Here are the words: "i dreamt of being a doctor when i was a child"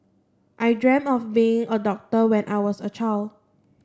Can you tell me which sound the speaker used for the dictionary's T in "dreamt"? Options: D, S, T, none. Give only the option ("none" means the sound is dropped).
none